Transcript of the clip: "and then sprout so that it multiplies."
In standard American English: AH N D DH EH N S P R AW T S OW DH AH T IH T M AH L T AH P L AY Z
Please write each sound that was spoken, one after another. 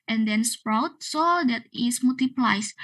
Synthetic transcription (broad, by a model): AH N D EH N S P R AW T S OW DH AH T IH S M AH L T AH P L AY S